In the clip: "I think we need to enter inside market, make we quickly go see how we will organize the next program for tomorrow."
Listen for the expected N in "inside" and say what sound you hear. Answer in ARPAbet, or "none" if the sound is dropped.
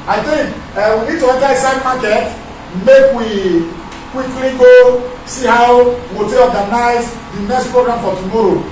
none